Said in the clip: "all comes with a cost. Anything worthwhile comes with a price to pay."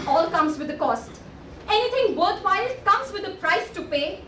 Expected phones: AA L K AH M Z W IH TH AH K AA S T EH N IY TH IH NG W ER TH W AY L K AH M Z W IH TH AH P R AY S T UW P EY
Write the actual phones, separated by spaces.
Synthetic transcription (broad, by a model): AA L K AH M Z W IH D AH K AA S T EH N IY T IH NG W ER T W AY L K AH M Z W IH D AH P R AY S T UW P EY